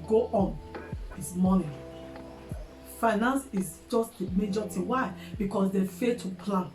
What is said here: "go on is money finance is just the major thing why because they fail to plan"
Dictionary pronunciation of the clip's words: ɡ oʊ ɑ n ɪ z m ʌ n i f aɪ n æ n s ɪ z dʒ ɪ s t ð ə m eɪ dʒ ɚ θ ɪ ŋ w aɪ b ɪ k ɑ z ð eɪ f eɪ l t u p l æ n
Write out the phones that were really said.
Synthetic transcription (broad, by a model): ɡ oʊ ɑ n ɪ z m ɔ n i f aɪ n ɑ n s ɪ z dʒ ɪ s t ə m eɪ dʒ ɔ t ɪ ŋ w aɪ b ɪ k ɑ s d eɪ f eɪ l t u p l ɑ n